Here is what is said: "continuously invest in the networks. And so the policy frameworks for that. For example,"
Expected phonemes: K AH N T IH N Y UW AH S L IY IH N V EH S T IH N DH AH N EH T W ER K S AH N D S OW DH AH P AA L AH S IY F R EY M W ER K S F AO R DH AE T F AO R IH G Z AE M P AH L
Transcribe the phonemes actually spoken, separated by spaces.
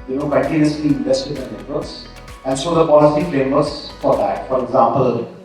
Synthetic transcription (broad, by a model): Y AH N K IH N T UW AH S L IY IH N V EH S T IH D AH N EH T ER S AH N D S OW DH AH P AA L AH S IY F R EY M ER S F AO R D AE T F AO R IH G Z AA M P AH L